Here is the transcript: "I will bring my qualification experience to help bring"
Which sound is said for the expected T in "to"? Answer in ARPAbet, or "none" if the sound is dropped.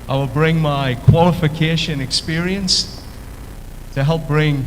T